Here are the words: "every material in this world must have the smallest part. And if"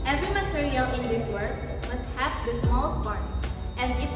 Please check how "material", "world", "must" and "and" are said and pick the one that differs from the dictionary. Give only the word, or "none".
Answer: world